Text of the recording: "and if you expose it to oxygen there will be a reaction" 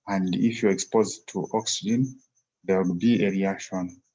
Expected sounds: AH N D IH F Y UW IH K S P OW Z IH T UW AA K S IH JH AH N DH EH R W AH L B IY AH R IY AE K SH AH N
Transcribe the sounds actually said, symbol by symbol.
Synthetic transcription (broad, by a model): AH N D IH F Y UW IH K S P OW Z T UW AA K S IH JH AH N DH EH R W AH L B IY AH R IY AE K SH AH N